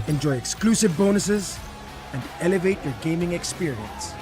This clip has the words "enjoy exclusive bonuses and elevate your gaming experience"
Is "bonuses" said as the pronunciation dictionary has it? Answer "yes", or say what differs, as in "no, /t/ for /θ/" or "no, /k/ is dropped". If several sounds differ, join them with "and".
yes